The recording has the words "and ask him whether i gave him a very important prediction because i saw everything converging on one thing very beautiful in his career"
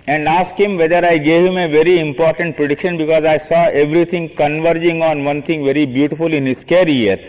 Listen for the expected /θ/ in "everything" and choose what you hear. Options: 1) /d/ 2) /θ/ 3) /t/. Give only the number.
3